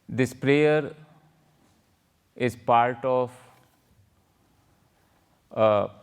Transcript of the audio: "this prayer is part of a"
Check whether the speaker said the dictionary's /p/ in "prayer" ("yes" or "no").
yes